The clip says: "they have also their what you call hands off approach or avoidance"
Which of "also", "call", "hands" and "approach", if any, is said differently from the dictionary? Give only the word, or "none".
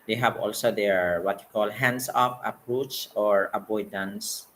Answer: hands